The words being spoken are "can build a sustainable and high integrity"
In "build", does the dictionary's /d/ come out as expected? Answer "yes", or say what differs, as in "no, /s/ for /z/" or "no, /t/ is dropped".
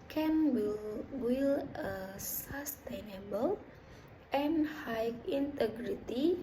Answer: no, /d/ is dropped